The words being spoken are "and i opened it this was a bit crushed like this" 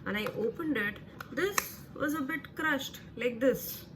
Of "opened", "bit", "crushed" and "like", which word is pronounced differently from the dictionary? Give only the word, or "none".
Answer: none